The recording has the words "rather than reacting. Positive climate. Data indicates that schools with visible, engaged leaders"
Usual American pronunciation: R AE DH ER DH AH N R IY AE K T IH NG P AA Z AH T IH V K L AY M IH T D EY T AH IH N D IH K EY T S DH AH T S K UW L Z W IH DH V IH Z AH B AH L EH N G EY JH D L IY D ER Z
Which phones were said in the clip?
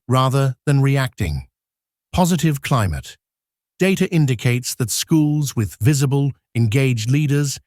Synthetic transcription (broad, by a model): R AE DH ER DH AH N R IY AE K T IH NG P AA Z AH T IH V K L AY M IH T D EY T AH IH N D IH K EY T S DH AH T S K UW L Z W IH DH V IH Z AH B AH L EH N G EY JH D L IY D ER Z